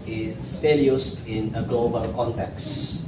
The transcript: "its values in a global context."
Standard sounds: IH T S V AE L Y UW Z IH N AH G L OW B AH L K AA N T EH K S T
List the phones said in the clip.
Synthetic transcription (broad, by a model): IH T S F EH L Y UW S IH N AH G L OW B AH L K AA N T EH K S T